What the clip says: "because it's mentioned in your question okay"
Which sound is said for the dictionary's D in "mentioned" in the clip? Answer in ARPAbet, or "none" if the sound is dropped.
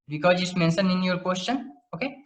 none